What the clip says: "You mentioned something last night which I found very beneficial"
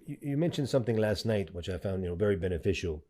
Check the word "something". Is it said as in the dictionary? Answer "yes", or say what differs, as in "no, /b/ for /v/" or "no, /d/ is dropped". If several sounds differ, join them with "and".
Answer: yes